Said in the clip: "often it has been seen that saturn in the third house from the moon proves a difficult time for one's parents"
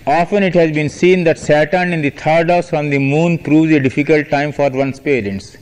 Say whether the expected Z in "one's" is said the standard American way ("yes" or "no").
no